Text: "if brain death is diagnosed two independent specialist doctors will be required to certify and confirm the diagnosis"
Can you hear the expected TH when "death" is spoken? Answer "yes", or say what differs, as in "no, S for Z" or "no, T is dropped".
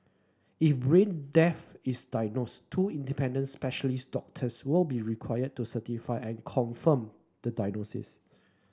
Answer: no, F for TH